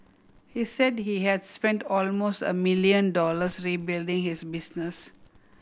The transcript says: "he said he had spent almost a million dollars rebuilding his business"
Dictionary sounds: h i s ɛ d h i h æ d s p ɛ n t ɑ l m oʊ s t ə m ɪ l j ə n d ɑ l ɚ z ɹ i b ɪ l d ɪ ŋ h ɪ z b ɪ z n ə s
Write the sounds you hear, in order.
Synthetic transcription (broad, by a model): h i s ɛ d h i h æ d s p ɛ n t ɑ l m oʊ s t ə m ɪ l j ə n d ɑ l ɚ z ɹ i b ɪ l d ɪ ŋ h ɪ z b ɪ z n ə s